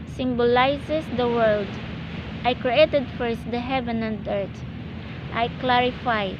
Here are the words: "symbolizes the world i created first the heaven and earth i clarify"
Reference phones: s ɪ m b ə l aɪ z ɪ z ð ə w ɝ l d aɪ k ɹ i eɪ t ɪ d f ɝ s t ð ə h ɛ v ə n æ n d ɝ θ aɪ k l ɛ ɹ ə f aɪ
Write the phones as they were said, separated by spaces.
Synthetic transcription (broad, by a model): s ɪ m b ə l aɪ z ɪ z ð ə w ɝ l d aɪ k ɹ i eɪ t ɪ d f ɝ s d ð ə h ɛ v ə n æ n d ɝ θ aɪ k l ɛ ɹ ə f aɪ